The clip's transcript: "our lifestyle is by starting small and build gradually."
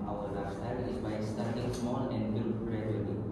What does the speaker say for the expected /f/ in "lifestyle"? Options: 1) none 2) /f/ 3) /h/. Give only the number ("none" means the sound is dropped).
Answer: 1